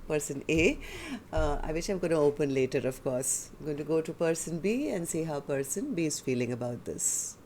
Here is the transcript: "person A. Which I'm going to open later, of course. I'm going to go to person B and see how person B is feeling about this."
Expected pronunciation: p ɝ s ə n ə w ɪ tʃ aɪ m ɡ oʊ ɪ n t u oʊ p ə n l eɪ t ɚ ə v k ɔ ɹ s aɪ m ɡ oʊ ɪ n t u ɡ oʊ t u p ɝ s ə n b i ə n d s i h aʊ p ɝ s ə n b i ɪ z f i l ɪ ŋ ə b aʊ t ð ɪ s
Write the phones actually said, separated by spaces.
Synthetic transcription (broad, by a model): p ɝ s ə n ə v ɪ ʃ aɪ m ɡ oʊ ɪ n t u oʊ p ə n l eɪ t ɚ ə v k ɔ ɹ s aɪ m ɡ oʊ ɪ n t u ɡ oʊ t u p ɝ s ə n b i ə n d s i h aʊ p ɝ s ə n b i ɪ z f i l ɪ ŋ ə b aʊ t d ɪ s